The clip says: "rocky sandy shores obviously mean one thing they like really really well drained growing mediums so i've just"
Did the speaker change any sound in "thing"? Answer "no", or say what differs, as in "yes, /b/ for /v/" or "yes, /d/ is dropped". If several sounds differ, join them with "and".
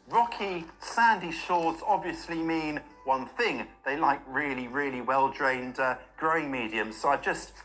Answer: no